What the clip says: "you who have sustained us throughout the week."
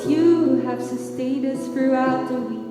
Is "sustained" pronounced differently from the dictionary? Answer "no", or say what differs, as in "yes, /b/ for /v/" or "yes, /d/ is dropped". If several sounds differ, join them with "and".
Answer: yes, /n/ is dropped